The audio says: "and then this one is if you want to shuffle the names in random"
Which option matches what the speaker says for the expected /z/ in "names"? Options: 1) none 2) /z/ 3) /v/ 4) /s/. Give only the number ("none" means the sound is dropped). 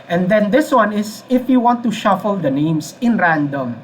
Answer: 4